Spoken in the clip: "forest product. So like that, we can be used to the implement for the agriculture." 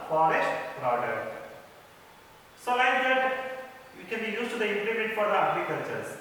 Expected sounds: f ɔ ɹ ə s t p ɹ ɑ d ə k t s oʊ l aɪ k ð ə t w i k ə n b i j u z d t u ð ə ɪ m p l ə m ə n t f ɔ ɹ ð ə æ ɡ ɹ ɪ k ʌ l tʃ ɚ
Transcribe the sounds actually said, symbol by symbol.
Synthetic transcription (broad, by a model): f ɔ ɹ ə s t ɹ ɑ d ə t s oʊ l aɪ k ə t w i k ə n b i j u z t u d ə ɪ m p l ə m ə n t f ɔ ɹ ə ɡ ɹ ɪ k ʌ l tʃ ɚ